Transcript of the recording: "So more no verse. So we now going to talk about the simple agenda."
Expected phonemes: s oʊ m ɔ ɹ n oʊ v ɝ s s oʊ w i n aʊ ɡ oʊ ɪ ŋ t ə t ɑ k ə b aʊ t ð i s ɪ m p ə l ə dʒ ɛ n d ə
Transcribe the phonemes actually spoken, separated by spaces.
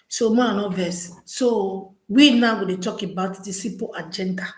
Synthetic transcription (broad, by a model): s oʊ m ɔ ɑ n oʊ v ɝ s s oʊ w i n aʊ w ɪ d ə t ɑ k ə b aʊ t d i s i p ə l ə dʒ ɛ n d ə